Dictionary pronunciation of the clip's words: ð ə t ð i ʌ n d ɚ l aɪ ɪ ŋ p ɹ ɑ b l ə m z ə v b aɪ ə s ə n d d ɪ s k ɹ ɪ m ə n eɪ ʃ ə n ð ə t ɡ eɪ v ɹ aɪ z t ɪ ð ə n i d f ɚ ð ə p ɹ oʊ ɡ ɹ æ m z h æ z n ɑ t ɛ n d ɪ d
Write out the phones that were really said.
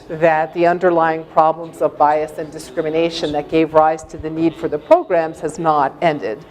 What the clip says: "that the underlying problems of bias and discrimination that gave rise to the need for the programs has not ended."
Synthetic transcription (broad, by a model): ð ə t ð i ʌ n d ɚ l aɪ ɪ ŋ p ɹ ɑ b l ə m z ə v b aɪ ə s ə n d d ɪ s k ɹ ɪ m ə n eɪ ʃ ə n ð ə t ɡ eɪ v ɹ aɪ z t ɪ ð ə n i d f ɚ ð ə p ɹ oʊ ɡ ɹ æ m z h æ z n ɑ t ɛ n d ɪ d